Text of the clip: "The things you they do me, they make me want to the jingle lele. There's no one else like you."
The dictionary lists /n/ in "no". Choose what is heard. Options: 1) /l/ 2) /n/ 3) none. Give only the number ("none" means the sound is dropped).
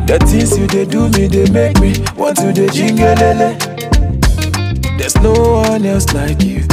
2